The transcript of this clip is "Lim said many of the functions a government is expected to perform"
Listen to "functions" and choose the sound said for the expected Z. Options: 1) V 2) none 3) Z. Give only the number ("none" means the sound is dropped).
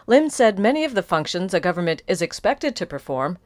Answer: 3